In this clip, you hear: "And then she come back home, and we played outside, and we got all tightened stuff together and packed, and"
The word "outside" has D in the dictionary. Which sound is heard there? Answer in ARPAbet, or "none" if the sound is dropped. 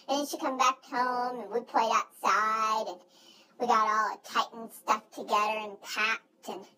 D